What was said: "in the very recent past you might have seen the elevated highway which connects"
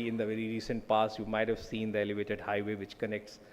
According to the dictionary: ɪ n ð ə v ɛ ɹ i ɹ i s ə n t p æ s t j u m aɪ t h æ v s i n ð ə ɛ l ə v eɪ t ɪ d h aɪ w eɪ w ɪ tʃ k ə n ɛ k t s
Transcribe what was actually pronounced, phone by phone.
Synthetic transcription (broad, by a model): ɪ n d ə v ɛ ɹ i ɹ i s ə n t p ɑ s j u m aɪ t h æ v s i n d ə ɛ l ə v eɪ t ɪ d h aɪ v eɪ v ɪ tʃ k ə n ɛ k t s